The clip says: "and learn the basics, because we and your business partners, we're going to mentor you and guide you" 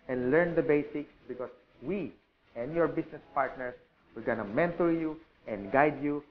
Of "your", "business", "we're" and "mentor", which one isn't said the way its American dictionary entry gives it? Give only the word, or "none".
business